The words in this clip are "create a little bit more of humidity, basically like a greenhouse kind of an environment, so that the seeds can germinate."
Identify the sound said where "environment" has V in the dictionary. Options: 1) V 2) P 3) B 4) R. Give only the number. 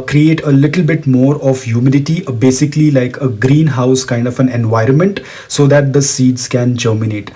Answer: 1